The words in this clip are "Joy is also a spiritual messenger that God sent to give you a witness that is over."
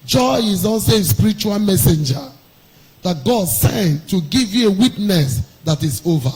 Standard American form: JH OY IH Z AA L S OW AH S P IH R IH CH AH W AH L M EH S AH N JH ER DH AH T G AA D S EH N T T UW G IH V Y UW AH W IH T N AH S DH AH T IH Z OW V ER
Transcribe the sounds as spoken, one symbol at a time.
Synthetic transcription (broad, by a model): JH OY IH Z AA N S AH S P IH R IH CH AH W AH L M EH S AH N JH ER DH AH T G AA D S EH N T T UW G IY V Y UW AH W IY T N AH S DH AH T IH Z OW V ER